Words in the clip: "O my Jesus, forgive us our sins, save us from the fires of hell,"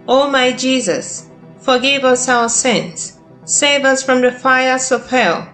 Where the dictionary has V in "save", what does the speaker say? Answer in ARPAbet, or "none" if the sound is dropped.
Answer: V